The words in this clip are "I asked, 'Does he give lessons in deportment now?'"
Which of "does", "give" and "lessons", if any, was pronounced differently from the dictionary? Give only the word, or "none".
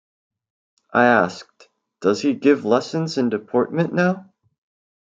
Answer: none